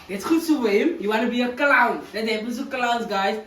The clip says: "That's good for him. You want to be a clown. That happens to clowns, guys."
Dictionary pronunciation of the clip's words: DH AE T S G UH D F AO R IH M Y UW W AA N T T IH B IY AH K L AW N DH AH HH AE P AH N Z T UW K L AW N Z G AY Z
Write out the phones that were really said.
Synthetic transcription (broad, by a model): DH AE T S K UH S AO W IH M Y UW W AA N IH B IY AH K L AW N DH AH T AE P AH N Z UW K L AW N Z G AY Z